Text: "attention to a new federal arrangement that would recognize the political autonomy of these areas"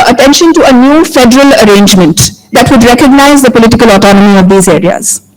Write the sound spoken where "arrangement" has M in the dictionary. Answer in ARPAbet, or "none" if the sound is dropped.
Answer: M